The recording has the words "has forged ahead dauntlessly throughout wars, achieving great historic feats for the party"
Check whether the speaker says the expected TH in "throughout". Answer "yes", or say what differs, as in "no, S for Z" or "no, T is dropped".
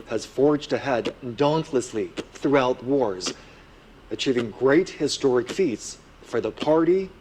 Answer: yes